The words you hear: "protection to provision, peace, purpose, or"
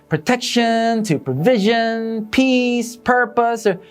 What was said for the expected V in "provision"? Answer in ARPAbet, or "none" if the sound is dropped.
V